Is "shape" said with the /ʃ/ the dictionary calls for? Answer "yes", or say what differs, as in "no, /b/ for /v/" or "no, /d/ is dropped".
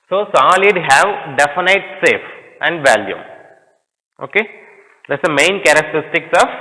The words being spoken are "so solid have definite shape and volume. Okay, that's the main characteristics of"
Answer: no, /s/ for /ʃ/